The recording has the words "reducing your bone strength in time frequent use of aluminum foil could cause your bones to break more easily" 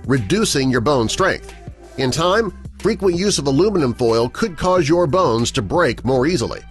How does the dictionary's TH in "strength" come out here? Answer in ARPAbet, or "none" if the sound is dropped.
TH